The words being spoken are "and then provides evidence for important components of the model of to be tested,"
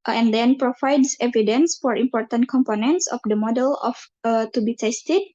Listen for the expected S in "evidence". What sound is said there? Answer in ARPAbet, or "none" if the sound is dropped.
S